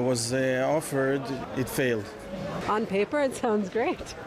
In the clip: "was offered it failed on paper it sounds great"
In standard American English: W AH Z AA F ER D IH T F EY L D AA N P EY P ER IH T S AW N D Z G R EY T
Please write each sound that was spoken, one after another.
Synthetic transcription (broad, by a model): W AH Z AA F ER D IH T F EY L D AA N P EY P ER IH T S AW N D Z G R EY T